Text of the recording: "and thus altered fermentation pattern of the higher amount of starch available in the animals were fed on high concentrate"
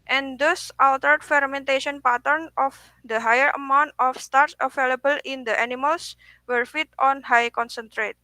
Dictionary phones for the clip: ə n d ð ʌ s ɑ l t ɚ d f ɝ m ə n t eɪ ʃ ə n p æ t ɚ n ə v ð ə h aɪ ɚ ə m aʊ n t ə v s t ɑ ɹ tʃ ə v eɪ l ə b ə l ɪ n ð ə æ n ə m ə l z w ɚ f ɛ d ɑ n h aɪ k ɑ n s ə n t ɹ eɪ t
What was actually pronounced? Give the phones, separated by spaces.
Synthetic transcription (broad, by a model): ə n d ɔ s ɑ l t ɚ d f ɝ m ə n t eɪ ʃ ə n p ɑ t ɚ n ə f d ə h aɪ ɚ ə m aʊ n t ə f s t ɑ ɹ s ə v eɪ l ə b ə l ɪ n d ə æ n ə m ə l s w ɚ f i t ɑ n h aɪ k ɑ n s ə n t ɹ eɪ t